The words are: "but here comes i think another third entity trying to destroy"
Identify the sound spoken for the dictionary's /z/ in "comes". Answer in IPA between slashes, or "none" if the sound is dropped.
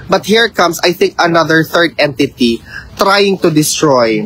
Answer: /s/